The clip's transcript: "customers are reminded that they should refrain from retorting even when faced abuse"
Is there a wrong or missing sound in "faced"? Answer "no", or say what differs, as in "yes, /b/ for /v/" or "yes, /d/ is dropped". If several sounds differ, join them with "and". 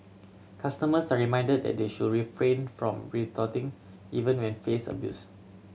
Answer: yes, /t/ is dropped